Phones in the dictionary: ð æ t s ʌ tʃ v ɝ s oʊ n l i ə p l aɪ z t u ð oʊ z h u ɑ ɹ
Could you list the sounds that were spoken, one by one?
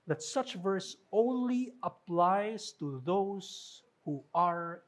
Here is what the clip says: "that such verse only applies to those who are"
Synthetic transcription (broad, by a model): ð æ t s ʌ tʃ v ɝ s oʊ n l i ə p l aɪ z t u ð oʊ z h u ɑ ɹ